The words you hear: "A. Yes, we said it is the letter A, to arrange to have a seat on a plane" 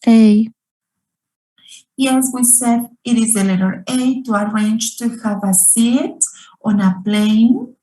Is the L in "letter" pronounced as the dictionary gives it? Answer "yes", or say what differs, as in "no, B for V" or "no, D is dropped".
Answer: yes